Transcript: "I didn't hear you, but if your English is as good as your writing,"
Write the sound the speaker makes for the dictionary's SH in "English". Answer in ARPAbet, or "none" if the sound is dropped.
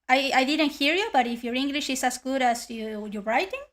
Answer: SH